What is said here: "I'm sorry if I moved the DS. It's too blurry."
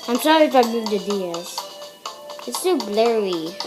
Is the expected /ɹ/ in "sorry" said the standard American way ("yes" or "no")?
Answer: no